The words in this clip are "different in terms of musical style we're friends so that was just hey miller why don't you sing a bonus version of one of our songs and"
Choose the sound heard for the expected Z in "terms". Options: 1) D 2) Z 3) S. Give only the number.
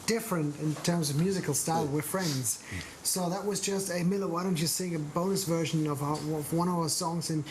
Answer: 2